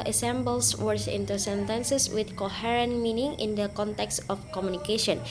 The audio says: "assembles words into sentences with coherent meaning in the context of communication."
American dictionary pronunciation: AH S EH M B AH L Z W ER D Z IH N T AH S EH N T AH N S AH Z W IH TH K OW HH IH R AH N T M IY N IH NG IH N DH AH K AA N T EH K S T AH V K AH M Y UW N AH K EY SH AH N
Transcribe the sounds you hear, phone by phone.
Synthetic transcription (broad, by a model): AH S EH M B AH L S W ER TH IH N T AH S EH N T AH N S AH S W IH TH K OW HH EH R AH N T M IY N IH NG IH N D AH K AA N T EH K S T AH F K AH M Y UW N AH K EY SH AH N